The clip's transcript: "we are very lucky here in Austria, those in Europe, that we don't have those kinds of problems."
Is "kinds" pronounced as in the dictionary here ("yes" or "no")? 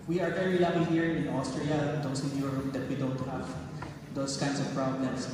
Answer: no